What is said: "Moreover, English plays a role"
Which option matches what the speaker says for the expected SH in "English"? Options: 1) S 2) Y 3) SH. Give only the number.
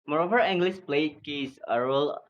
1